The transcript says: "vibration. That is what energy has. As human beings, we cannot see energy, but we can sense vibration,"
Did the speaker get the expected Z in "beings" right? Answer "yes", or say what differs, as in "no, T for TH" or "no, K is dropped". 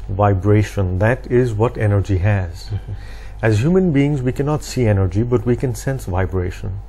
yes